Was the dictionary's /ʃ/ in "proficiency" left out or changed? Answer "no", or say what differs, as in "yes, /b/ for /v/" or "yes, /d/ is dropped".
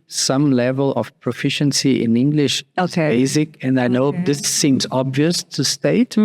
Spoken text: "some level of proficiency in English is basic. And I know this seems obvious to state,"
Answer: no